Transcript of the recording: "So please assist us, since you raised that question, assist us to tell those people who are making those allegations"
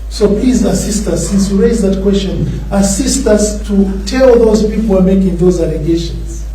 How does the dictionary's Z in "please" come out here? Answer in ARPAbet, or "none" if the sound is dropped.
Z